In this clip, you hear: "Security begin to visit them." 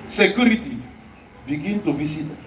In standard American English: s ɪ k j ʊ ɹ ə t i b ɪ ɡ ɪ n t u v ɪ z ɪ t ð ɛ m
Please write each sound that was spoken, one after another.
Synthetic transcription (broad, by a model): s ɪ k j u ɹ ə t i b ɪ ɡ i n t u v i s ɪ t